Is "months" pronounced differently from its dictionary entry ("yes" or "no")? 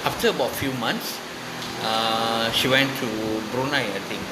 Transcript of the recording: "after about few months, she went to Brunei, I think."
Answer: yes